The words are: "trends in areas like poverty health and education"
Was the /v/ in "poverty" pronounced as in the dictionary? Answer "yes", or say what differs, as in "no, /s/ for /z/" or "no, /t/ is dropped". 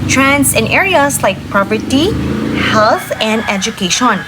no, /p/ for /v/